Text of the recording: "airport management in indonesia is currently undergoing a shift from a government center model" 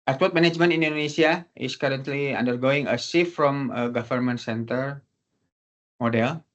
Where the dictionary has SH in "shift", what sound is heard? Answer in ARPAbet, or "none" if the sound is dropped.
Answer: S